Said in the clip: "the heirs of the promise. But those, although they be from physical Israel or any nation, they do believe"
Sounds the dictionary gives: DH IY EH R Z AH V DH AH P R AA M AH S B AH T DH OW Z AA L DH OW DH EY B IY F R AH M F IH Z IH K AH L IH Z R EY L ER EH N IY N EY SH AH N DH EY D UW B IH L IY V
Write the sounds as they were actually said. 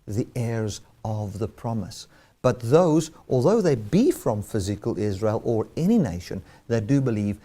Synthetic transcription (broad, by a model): DH IY EH R Z AH V DH AH P R AA M AH S B AH T DH OW Z AA L DH OW DH EY B IY F R AH M F IH Z IH K AH L IH Z R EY L ER EH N IY N EY SH AH N DH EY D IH B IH L IY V